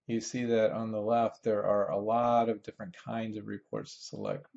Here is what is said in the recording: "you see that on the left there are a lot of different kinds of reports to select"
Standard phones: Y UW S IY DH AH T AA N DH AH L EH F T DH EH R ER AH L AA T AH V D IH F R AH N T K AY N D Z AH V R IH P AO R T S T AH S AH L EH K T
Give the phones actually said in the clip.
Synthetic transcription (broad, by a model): Y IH S IY DH AH T N DH AH L EH F T DH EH R ER AH L AA T AH V D IH F R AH N K AY N D Z AH V R IH P AO R T S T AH S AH L EH K T